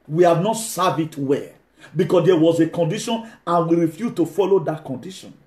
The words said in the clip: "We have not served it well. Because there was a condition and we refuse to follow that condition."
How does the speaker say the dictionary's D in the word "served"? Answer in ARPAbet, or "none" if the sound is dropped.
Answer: none